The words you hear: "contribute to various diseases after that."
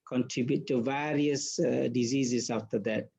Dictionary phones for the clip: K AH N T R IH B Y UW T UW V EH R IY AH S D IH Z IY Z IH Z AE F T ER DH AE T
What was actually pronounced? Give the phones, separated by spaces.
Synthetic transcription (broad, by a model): K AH N T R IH B Y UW T UW V EH R IY AH S D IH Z IY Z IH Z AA F T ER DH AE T